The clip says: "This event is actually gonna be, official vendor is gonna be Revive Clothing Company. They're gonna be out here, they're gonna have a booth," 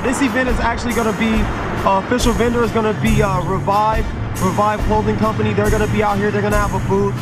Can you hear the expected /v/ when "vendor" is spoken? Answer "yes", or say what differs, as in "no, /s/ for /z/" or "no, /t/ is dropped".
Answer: yes